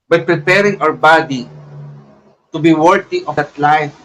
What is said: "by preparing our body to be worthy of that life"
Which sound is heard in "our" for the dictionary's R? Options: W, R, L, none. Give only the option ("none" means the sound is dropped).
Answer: W